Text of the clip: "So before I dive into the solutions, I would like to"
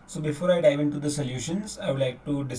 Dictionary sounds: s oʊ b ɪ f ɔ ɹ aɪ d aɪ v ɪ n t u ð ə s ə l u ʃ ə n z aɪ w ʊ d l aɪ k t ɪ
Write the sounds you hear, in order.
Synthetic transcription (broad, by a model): s oʊ b ɪ f ɔ ɹ aɪ d aɪ v ɪ n t u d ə s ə l u ʃ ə n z aɪ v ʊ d l aɪ k t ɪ